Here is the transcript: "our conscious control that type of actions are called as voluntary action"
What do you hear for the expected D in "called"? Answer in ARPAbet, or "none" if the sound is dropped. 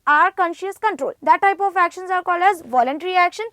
none